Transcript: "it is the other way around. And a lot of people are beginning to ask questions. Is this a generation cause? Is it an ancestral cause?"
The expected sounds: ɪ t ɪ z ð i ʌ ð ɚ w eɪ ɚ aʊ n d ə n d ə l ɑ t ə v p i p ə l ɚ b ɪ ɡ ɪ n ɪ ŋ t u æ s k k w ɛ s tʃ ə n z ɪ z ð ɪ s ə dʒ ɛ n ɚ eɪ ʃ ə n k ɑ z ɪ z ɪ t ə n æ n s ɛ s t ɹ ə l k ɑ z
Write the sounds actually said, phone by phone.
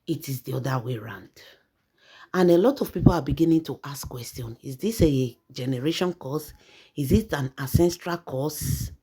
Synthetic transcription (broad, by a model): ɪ t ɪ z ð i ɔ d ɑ w eɪ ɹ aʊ n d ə n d ə l ɑ t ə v p i p ə l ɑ b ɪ ɡ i n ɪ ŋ t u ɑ s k k w ɛ s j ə n ɪ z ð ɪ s ə dʒ ɛ n ɚ eɪ ʃ ə n k ɑ s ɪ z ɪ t ə n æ s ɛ s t ɹ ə l k ɑ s